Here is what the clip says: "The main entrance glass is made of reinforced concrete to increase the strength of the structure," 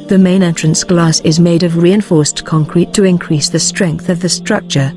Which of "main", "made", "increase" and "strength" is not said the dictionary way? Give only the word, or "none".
none